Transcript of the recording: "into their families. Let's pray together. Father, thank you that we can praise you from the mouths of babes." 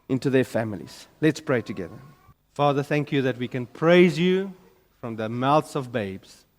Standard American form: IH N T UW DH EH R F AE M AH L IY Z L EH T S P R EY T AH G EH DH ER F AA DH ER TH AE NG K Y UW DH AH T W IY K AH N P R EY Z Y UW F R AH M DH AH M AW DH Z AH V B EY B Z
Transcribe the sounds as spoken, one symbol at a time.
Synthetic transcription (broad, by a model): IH N T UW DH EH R F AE M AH L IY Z L EH T S P R EY T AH G EH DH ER F AA DH ER TH AE NG K Y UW DH AH T W IY K AH N P R EY Z Y UW F R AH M DH AH M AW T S AH V B EY B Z